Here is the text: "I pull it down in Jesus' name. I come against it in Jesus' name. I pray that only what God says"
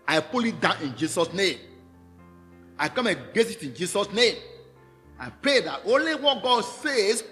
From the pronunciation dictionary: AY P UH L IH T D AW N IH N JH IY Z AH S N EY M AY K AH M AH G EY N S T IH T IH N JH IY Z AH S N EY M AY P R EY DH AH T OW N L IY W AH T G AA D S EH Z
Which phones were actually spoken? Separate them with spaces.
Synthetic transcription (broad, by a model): AY P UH L IH T D AW N IH N JH IY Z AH S N EY M AY K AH M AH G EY S IH T IH N JH IY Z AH S N EY M AY P R EY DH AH T OW N L IY W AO T G AA D S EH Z